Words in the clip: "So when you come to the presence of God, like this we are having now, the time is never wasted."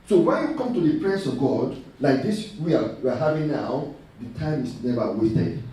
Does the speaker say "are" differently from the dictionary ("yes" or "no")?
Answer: yes